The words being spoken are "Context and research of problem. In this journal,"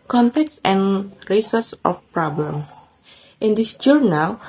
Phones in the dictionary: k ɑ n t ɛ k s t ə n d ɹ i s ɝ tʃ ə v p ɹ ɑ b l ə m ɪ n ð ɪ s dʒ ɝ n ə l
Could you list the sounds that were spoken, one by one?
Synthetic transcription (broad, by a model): k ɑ n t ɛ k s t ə n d ɹ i s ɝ s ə f p ɹ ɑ b l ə m ɪ n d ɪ s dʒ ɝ n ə l